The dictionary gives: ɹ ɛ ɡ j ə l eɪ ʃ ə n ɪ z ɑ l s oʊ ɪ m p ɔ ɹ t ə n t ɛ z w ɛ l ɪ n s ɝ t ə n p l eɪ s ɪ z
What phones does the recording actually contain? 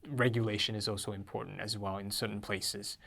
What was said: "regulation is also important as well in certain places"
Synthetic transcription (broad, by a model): ɹ ɛ ɡ j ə l eɪ ʃ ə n ɪ z ɑ l s oʊ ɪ m p ɔ ɹ t n t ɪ z w ɛ l ɪ n s ɝ t n p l eɪ s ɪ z